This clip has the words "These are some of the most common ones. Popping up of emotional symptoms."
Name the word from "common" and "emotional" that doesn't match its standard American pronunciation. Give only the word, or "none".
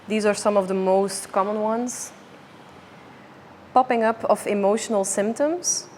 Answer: none